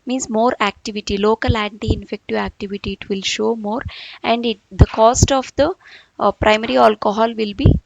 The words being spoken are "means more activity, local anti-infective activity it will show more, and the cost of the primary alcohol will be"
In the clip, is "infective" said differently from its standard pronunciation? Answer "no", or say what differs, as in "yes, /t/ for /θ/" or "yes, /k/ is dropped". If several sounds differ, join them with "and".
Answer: no